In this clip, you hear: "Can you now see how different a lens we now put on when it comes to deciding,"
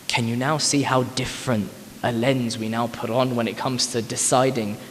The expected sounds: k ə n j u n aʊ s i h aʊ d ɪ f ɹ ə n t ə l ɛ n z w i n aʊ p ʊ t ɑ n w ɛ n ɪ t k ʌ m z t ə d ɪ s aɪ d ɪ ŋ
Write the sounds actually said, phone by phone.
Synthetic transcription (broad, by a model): k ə n j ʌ n aʊ s i h aʊ d ɪ f ɹ ə n t ə l ɛ n z w i n aʊ p ʊ t n w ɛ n ɪ t k ʌ m z t ə d ɪ s aɪ d ɪ ŋ